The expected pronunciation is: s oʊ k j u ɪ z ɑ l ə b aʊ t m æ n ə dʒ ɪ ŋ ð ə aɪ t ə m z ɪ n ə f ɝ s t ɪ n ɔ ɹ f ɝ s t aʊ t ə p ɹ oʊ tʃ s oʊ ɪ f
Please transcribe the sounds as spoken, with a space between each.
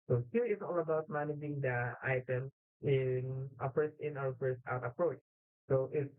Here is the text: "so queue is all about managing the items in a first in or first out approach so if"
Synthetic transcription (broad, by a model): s oʊ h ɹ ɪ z ɑ l ə b aʊ t m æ n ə dʒ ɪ ŋ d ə aɪ t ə m s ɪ n ə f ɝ s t ɪ n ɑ w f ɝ s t aʊ t ə p ɹ oʊ tʃ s oʊ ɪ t